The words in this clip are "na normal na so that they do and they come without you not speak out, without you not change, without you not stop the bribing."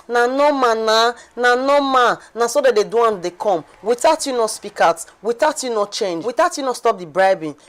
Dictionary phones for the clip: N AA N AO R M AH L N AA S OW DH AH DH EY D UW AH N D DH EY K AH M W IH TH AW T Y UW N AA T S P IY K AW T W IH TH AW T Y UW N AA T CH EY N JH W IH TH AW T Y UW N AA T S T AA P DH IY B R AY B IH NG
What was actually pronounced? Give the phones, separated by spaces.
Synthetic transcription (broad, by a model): N AA N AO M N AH N N AA S OW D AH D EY D UW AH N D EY K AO M W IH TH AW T Y UW N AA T S P IY K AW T W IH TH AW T Y UW N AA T CH EY N JH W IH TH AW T Y UW N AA S T AA P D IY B R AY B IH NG